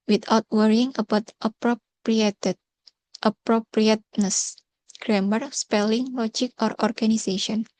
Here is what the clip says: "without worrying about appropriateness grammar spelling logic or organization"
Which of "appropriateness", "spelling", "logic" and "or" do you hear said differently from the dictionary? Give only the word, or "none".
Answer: none